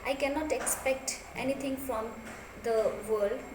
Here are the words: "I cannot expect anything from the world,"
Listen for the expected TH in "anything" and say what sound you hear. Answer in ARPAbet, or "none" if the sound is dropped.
T